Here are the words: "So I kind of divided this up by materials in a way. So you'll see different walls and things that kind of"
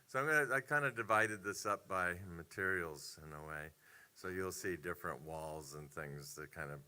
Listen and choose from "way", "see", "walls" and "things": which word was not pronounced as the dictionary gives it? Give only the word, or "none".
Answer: none